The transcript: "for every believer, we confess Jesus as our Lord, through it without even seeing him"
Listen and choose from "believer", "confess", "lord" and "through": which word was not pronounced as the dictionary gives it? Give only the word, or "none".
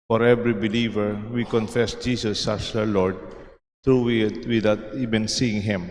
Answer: through